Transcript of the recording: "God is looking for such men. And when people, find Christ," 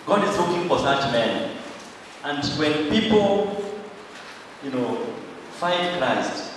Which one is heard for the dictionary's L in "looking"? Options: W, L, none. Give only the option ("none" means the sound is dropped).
W